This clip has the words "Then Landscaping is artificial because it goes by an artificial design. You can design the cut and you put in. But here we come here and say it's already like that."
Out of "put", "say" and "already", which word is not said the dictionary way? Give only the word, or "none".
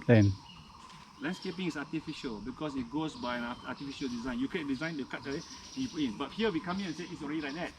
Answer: put